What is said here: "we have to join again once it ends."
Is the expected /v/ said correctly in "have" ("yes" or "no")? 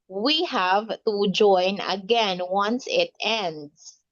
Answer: yes